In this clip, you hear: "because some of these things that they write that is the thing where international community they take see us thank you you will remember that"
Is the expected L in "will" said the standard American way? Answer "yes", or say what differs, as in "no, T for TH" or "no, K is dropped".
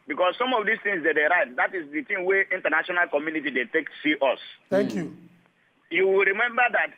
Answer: yes